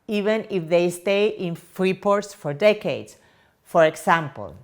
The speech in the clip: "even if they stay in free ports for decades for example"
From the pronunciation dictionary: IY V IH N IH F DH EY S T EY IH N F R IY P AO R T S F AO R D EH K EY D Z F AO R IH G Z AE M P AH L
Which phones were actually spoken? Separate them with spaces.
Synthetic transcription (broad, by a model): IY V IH N IH F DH EY S T EY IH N F R IY P AO R T S F AO R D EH K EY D S F AO R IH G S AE M P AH L